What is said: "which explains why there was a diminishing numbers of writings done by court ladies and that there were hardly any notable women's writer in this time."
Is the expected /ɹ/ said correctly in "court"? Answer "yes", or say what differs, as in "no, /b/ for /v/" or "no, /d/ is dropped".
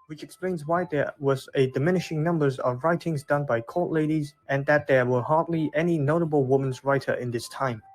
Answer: no, /l/ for /ɹ/